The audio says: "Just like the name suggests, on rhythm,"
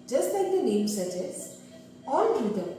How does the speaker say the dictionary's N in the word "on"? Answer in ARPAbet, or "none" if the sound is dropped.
L